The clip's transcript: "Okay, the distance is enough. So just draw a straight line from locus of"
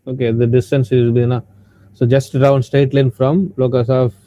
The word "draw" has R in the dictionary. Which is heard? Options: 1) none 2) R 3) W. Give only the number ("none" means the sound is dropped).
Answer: 1